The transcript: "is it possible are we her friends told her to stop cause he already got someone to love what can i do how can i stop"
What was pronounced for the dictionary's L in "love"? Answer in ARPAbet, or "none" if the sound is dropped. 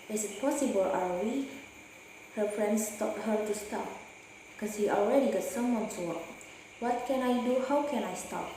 W